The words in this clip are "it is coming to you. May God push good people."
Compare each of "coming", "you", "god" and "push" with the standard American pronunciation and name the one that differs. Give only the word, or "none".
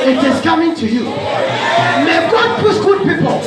push